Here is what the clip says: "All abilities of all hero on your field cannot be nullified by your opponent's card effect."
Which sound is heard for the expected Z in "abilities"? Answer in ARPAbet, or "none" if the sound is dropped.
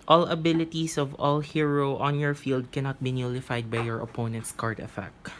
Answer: S